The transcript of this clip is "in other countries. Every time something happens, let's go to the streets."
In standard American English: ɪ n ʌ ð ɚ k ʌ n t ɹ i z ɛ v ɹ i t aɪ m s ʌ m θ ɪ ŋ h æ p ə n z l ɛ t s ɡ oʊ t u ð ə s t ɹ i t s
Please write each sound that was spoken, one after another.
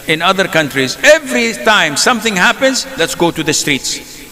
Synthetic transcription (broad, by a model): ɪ n ʌ ð ɚ k ʌ n t ɹ i z ɛ v ɹ i t aɪ m s ʌ m θ ɪ ŋ h æ p ə n z l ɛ t s ɡ oʊ t u ð ə s t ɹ i t s